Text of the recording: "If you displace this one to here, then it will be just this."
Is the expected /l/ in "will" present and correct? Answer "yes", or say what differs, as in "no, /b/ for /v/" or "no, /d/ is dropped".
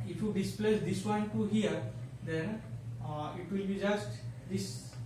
yes